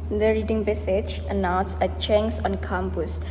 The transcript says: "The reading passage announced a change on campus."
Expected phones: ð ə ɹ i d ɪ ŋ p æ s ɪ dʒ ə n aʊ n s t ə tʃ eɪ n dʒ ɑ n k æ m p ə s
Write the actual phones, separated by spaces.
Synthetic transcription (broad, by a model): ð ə ɹ i d ɪ ŋ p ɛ s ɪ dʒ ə n aʊ n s ə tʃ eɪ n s ɑ n k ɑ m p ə s